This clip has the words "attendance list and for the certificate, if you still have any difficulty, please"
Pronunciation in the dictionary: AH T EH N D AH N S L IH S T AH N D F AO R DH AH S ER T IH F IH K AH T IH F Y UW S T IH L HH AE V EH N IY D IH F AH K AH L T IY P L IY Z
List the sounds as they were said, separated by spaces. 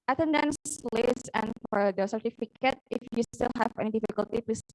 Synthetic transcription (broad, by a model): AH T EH N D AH N S L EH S AH N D F AO R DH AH S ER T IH F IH K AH T IH F Y UW S T IH L HH AE V EH N IY D IH F AH K AH L T IY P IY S